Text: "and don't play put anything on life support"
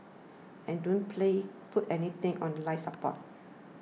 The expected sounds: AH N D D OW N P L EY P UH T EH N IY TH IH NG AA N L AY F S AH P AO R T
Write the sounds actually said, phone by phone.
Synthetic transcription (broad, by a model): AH N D D OW N P L EY F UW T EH N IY T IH NG AA N L AY F S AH P AO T